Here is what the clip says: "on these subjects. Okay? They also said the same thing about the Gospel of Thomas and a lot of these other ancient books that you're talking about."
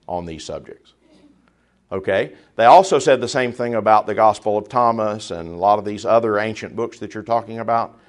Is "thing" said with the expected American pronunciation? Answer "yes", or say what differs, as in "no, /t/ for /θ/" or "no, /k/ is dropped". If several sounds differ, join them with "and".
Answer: yes